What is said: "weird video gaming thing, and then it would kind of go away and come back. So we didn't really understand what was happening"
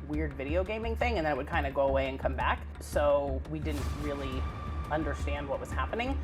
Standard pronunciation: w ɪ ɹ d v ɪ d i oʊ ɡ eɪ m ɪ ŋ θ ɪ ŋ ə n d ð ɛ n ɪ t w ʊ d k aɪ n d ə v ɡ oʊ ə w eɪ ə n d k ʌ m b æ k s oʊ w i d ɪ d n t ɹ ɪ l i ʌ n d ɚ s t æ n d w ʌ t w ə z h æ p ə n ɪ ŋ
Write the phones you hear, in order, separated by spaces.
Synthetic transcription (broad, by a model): w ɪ ɹ d v ɪ d i oʊ ɡ eɪ m ɪ ŋ θ ɪ ŋ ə n ð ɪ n ɪ t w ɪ d k aɪ n d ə ɡ oʊ ə w eɪ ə n k ʌ m b æ k s oʊ w i d ɪ d n t ɹ ɪ l i ʌ n d ɚ s t æ n d w ʌ t w ə z h æ p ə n ɪ ŋ